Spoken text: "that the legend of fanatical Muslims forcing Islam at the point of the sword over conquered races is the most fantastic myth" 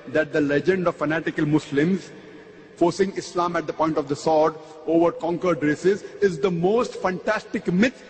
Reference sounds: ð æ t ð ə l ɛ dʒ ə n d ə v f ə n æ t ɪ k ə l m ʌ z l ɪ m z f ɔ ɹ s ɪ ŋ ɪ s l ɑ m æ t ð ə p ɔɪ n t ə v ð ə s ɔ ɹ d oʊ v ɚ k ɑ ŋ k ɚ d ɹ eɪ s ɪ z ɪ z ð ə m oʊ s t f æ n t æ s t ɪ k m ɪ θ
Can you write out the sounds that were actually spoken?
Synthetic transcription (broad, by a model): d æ t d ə l ɛ dʒ ə n d ə v f ə n æ t ɪ k ə l m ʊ s l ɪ m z f ɔ ɹ s ɪ ŋ ɪ s l ɑ m æ t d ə p ɔɪ n t ə v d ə s ɔ ɹ d oʊ v ɚ k ɑ ŋ k ɚ d ɹ eɪ s ɪ z ɪ z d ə m oʊ s t f æ n t æ s t ɪ k m ɪ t